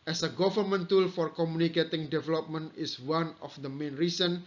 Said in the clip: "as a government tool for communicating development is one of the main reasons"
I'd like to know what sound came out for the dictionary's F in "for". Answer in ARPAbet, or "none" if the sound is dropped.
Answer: F